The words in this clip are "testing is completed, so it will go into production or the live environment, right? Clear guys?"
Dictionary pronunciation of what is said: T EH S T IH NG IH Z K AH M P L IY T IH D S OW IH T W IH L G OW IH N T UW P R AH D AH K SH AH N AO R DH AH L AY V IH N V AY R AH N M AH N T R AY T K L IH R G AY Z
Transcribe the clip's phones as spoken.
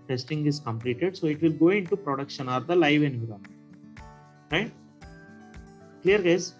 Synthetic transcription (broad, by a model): T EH S T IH NG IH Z K AH M P L IY T IH D S OW IH T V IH L G OW IH N T UW P R AH D AH K SH AH N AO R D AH L AY V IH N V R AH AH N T R AY T K L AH R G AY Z